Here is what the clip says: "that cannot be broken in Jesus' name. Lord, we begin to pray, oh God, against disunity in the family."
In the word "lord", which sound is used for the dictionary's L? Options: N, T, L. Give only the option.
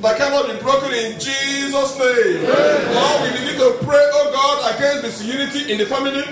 N